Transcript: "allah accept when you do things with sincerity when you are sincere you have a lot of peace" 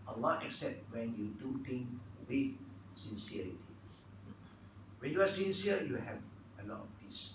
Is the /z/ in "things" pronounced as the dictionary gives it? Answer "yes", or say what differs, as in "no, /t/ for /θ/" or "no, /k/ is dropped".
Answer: no, /z/ is dropped